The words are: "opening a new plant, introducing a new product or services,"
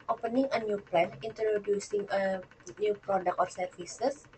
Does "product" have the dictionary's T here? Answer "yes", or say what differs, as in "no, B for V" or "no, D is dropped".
no, T is dropped